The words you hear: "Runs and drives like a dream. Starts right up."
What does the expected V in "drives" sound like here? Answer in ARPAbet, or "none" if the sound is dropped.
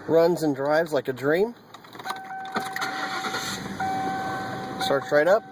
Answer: V